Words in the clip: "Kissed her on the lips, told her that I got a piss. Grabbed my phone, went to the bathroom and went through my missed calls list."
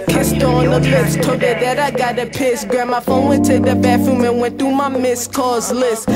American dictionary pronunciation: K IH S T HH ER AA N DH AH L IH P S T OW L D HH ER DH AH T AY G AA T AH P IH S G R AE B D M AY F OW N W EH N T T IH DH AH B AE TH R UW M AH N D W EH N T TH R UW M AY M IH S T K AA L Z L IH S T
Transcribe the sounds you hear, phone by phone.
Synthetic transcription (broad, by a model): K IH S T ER AA N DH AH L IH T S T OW D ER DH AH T AY G AA T AH P IH S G R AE M AY F OW N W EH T T IH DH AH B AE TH R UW M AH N W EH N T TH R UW M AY M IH S K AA Z L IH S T